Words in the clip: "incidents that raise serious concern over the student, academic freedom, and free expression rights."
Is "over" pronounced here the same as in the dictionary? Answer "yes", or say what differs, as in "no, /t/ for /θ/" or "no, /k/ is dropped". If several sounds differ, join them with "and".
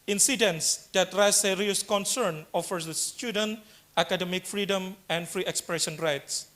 no, /f/ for /v/